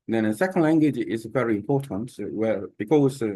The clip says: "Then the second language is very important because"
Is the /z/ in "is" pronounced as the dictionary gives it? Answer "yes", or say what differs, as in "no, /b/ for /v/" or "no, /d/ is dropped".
yes